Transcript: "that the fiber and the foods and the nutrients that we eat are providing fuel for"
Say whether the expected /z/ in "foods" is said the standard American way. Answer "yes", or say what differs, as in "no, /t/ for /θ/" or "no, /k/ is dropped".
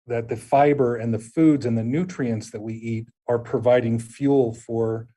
yes